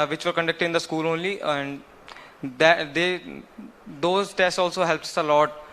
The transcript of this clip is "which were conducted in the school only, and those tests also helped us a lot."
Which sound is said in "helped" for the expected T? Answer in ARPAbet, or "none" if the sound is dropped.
none